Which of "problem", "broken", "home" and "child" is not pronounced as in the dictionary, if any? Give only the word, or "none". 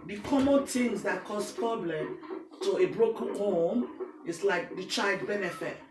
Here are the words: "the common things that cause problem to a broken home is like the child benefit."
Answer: none